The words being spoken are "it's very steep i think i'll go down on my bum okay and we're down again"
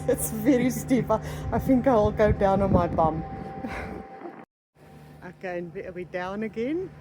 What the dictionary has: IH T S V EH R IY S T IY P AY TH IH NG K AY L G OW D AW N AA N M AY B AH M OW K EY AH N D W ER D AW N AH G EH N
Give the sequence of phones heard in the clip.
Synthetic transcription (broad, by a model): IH T S V EH R IY S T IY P AY TH IH NG K AY L G OW D AW N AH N M AY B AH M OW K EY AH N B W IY D AW N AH G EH N